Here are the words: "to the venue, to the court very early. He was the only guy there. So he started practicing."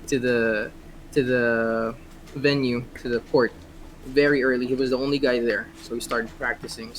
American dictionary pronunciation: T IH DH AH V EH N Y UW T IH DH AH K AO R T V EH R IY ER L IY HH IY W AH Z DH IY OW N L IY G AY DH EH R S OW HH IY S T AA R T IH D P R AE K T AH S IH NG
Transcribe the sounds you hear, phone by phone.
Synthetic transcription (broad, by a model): T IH DH AH V EH N Y UW T IH DH AH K AO R T V EH R IY ER L IY HH IY W AH Z DH IY OW N L IY G AY DH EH R S OW HH IY S T AA R T IH D P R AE K T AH S IH NG